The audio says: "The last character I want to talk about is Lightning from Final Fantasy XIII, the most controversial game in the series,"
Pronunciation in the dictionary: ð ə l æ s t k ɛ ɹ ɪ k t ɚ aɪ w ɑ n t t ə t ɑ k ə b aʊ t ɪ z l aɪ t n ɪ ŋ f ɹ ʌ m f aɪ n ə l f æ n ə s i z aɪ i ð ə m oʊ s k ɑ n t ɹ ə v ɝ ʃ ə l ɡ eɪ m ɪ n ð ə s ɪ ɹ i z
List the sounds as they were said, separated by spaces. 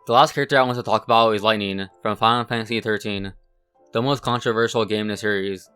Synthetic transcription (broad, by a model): ð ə l æ s t k ɛ ɹ ɪ k t ɚ aɪ w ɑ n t t ə t ɑ k ə b aʊ t ɪ z l aɪ t n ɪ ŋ f ɹ ʌ m f aɪ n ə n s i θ ə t i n ð ə m oʊ s k ɑ n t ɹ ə v ɝ ʃ l ɡ eɪ ɪ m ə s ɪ ɹ i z